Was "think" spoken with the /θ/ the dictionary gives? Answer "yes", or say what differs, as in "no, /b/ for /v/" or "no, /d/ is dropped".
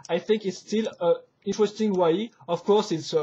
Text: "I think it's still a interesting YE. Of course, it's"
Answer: yes